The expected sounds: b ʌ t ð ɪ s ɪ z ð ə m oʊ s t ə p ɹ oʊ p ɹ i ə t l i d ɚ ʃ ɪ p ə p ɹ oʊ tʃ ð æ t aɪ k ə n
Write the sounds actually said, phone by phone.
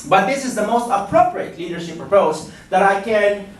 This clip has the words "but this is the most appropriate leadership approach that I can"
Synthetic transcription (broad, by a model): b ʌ t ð ɪ s ɪ z ð ə m oʊ s t ə p ɹ oʊ p ɹ i ə t l i d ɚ ʃ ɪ p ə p oʊ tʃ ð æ t aɪ k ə n